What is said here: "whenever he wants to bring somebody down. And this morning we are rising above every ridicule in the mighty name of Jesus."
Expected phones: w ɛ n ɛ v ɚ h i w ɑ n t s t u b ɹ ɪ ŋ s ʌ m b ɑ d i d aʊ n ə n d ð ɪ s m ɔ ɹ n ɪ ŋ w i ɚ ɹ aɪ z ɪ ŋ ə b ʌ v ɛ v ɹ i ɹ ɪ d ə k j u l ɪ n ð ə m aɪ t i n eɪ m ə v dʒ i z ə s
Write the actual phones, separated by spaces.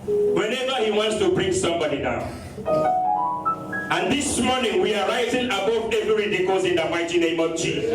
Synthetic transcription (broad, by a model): w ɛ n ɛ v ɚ h i w ɑ n t s t u b ɹ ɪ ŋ s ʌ m b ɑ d i d aʊ n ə n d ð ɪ s m ɔ n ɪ ŋ w i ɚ ɹ aɪ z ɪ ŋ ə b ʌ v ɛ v i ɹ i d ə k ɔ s ɪ n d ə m aɪ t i n eɪ m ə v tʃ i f